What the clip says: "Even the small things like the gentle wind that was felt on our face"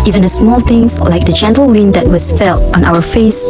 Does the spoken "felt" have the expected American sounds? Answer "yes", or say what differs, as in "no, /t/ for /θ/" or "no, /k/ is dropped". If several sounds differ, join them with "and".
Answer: yes